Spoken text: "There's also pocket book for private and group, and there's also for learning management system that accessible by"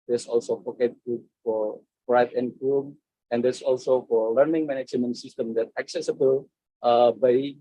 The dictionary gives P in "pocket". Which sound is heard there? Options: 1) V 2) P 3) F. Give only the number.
3